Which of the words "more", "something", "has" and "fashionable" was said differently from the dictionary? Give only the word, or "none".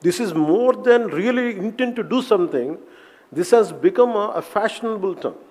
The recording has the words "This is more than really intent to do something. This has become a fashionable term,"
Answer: something